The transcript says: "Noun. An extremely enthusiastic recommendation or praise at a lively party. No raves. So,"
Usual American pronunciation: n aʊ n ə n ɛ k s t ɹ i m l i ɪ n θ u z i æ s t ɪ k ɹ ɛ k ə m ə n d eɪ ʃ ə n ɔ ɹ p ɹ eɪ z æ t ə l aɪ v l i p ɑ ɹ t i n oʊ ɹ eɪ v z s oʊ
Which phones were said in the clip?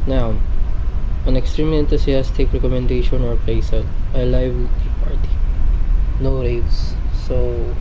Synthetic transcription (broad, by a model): n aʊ ə n ɛ k s t ɹ i m l i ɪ n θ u s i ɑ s t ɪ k ɹ ɛ k ə m ə n d eɪ ʃ ə n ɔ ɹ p eɪ i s ə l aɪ l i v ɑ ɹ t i n oʊ ɹ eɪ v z s oʊ